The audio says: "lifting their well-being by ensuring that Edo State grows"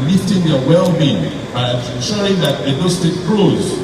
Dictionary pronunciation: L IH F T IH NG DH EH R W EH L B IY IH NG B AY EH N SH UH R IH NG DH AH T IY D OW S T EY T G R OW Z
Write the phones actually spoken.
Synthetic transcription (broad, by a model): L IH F T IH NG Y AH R W EH L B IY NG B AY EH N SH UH R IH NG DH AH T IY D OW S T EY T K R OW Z